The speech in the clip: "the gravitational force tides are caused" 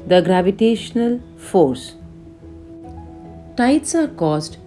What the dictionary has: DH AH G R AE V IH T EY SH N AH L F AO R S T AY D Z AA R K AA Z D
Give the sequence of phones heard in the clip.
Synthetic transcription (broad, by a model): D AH G R AE V IH T EY SH N AH L F AO R S T AY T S AA R K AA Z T